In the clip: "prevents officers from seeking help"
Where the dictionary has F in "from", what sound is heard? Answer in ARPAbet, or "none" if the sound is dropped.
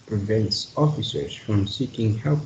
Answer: F